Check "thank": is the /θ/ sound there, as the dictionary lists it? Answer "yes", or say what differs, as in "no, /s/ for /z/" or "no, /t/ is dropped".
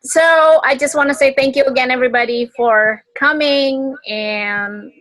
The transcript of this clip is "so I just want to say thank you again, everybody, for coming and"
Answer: yes